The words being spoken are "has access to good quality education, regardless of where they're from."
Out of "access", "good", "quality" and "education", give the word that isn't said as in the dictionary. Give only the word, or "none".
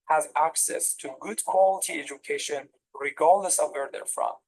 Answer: none